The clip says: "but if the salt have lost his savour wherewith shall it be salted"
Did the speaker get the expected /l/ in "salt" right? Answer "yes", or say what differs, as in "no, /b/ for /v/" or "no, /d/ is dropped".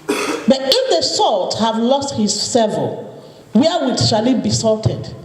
yes